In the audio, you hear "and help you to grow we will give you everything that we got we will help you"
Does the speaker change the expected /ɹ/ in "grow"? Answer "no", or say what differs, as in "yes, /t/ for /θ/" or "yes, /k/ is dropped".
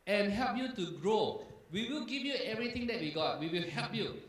no